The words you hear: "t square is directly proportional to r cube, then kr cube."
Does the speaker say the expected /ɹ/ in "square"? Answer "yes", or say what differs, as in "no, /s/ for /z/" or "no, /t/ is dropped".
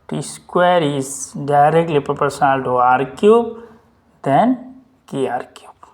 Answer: yes